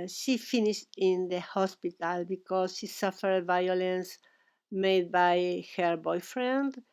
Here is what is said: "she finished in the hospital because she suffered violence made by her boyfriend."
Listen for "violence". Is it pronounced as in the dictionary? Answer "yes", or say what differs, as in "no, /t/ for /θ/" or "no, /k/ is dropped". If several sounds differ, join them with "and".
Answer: yes